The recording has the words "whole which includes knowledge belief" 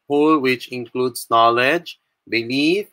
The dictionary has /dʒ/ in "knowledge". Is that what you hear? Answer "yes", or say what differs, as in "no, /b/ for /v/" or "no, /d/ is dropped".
yes